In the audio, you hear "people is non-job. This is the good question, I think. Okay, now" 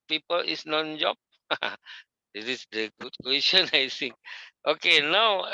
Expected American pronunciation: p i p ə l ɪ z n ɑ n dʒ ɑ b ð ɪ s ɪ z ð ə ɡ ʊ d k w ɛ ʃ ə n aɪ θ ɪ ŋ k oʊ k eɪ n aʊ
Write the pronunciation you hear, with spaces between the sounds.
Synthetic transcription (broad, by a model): p i p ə l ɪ s n ɑ n dʒ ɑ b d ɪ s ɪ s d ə ɡ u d k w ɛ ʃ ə n aɪ s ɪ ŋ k oʊ k eɪ n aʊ